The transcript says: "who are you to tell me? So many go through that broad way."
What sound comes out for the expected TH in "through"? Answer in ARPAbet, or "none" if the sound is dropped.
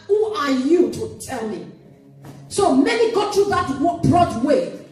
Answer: T